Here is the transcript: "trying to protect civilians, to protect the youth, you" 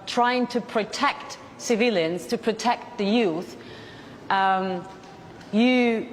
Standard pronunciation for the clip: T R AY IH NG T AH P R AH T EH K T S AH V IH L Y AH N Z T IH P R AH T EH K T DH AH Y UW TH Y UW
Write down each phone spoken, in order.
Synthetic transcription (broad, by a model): T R AY IH NG T AH P R AH T EH K T S AH V IH L Y AH N Z T IH P R AH T EH K T DH AH Y UW TH Y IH